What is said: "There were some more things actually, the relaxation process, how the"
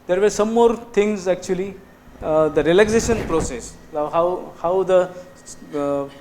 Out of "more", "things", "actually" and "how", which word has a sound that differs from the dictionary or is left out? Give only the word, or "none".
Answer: things